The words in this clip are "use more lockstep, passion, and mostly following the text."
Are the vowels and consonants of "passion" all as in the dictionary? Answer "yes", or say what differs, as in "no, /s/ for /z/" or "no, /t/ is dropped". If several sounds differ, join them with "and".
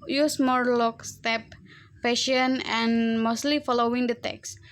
no, /f/ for /p/